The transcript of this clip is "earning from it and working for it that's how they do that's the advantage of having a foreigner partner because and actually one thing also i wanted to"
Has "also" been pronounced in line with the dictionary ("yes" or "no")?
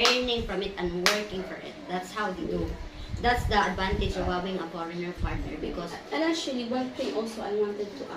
yes